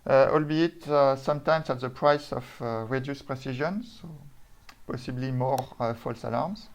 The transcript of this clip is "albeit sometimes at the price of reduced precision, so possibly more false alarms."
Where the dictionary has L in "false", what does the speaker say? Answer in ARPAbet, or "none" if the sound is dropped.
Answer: L